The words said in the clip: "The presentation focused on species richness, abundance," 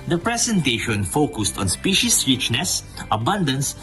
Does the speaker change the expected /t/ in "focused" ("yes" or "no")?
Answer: no